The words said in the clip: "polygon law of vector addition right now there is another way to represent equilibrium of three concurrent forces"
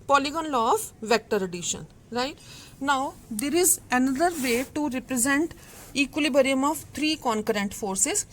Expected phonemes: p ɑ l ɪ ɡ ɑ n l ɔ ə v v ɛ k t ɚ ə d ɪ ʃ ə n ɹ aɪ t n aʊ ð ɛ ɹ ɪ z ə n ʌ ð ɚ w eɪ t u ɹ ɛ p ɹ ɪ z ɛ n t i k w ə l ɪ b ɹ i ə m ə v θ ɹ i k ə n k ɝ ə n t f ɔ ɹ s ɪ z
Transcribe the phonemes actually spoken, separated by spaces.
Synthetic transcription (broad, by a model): p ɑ l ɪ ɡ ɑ n l ɔ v v ɛ k t ɚ ə d ɪ ʃ ə n ɹ aɪ t n aʊ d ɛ ɹ ɪ z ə n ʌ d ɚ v eɪ t u ɹ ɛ p ɹ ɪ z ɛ n t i k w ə l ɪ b ɹ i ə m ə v t ɹ i k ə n k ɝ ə n t f ɔ ɹ s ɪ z